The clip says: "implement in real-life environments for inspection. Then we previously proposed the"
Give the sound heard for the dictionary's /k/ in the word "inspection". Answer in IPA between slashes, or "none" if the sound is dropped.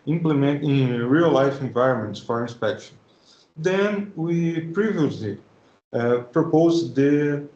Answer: /k/